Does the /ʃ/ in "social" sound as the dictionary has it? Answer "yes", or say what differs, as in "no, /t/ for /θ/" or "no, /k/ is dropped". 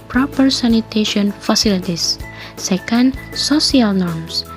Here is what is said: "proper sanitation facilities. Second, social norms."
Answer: no, /s/ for /ʃ/